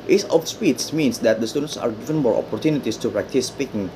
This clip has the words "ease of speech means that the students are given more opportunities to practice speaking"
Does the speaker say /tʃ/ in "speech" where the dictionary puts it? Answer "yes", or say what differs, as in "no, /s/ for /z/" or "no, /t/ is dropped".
no, /s/ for /tʃ/